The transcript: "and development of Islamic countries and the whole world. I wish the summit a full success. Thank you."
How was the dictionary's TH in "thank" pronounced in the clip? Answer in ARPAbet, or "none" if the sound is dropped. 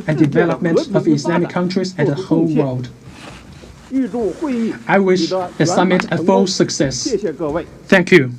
TH